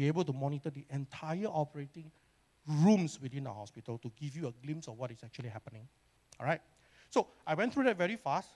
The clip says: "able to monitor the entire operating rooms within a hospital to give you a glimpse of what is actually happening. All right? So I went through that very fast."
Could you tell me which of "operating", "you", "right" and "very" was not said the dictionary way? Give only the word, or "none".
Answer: none